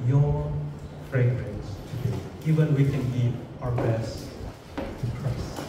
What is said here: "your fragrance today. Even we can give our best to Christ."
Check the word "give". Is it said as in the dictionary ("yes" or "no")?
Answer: no